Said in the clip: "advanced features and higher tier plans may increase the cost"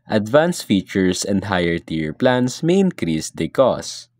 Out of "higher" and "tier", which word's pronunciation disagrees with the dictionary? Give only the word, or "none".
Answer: none